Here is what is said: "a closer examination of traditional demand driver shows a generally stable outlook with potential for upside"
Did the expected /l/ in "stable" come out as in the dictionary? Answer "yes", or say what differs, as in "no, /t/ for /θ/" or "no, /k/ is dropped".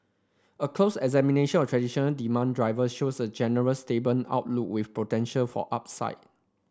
no, /n/ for /l/